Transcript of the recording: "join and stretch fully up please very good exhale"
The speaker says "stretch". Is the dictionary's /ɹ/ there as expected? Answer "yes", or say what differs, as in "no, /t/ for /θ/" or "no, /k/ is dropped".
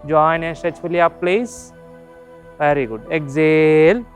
no, /ɹ/ is dropped